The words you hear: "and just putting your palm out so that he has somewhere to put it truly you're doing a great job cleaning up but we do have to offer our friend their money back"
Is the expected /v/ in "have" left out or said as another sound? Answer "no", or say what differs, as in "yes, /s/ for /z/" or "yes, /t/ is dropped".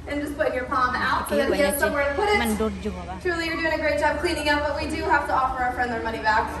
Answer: yes, /f/ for /v/